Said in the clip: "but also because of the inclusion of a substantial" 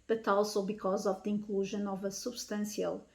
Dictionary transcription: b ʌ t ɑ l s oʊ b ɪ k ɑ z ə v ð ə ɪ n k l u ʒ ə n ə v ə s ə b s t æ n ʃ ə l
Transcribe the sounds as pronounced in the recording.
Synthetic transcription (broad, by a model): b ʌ t ɑ l s oʊ b ɪ k ɑ z ə v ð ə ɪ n k l u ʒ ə n ə v ə s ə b s t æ n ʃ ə l